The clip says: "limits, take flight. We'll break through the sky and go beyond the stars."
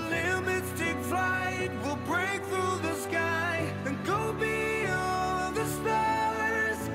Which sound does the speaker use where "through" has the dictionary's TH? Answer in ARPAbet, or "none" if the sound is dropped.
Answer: TH